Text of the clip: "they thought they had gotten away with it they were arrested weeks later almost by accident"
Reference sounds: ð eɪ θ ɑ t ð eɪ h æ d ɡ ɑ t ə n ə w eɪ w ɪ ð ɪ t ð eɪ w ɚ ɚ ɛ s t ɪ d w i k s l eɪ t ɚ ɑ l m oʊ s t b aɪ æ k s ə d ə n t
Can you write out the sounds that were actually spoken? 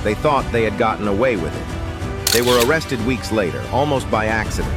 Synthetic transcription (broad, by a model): ð eɪ θ ɑ t ð eɪ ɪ d ɡ ɑ t n ə w eɪ w ɪ ð ɪ t ð eɪ w ɚ ɚ ɛ s t ɪ d w i k s l eɪ t ɚ ɑ l m oʊ s t b aɪ æ k s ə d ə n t